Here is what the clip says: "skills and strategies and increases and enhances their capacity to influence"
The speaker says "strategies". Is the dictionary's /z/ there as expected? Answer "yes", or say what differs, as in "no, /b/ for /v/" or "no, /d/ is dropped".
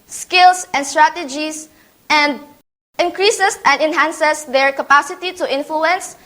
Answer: no, /s/ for /z/